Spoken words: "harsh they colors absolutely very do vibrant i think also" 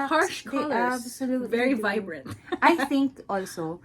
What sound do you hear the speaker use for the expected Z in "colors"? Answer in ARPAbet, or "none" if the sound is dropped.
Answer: none